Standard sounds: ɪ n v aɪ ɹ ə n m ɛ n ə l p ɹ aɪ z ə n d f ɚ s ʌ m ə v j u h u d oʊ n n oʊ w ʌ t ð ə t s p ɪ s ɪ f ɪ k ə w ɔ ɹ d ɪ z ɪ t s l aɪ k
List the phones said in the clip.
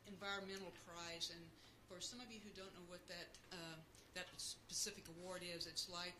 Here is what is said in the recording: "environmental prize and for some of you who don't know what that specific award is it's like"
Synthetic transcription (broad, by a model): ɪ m v aɪ ɹ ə n m ɛ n l p ɹ aɪ z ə n f ɚ s ʌ m ə v j u h u d oʊ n n oʊ w ʌ t ð ə t s p ɪ s ɪ f ɪ k ə w ɔ ɹ d ɪ z ɪ t s l aɪ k